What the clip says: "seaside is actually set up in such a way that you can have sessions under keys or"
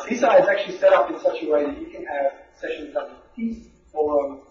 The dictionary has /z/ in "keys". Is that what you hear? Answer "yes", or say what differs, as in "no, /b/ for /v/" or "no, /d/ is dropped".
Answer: no, /z/ is dropped